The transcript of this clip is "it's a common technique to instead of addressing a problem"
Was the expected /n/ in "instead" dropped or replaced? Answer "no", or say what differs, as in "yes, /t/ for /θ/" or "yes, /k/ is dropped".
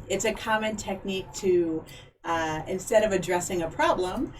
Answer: no